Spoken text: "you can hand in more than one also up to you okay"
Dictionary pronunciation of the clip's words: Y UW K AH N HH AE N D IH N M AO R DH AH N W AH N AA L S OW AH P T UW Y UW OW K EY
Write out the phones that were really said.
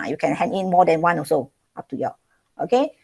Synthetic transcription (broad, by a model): Y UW K AH N HH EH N IH N M AO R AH N W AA N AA S OW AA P T UW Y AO OW K EY